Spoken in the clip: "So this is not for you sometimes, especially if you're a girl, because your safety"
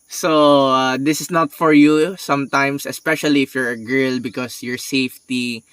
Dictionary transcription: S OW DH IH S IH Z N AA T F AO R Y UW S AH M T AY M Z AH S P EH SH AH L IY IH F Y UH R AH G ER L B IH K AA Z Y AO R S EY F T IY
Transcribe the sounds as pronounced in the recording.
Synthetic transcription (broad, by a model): S OW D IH S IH S N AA T F AO R Y UW S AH M T AY M S AH S P EH SH AH L IY IH F Y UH R AH G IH L B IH K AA S Y AO R S EY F T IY